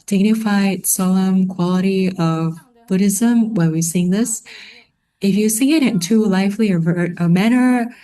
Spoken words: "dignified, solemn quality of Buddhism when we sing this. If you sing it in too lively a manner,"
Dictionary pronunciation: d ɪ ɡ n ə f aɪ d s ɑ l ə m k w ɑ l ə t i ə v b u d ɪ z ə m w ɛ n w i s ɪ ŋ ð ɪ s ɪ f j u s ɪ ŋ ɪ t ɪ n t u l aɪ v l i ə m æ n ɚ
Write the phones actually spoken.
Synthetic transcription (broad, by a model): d ɪ ɡ n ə f aɪ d s ɑ l ə m k w ɑ l ə t i ə v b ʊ d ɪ z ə m w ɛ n w i s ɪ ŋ ð ɪ s ɪ f j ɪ s ɪ ŋ ɪ t ɪ n t u l aɪ f l i ə m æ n ɚ